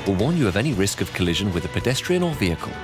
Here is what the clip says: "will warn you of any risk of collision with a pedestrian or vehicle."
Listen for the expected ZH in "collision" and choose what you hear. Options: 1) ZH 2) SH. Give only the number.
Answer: 1